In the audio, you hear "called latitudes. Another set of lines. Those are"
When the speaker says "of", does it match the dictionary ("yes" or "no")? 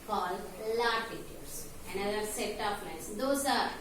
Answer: no